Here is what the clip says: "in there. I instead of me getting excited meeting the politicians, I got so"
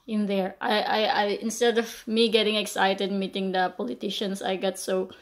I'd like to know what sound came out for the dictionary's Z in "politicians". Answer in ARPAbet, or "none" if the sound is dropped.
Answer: S